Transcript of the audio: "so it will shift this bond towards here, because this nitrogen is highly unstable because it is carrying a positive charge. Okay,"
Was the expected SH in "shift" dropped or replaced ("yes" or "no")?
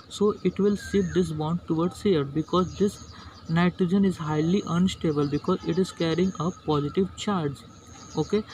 yes